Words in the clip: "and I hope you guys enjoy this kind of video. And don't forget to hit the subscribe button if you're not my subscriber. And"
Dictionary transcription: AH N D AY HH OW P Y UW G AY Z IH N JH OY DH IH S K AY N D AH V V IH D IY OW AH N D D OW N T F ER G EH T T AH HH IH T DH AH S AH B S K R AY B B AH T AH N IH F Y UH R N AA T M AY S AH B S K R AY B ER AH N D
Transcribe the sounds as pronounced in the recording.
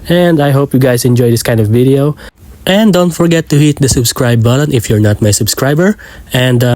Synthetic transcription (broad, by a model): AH N D AY HH OW P Y UW G AY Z IH N JH OY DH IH S K AY N D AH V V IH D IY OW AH N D D OW N T F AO G EH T T AH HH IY T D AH S AH B S K R AY B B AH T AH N IH F Y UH R N AA T M AY S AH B S K R AY B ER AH N D